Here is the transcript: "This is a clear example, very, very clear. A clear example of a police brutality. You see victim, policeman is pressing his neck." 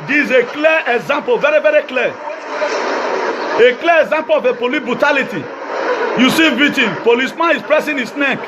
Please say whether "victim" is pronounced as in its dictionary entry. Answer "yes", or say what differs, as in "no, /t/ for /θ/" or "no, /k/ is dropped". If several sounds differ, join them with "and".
no, /k/ is dropped